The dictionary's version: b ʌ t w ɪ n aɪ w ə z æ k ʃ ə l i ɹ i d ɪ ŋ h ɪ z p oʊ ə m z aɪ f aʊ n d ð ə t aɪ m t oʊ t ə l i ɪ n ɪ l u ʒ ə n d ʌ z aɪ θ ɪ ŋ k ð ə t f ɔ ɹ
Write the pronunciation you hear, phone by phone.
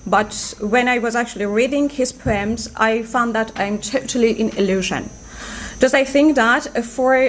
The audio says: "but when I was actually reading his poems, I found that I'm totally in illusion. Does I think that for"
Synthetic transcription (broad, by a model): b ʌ t w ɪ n aɪ w ə z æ k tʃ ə l i ɹ i d ɪ ŋ h ɪ z p oʊ ə m z aɪ f aʊ n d ð ə t aɪ m t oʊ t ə l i ɪ n ɪ l u ʒ ə n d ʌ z aɪ θ ɪ ŋ k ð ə t f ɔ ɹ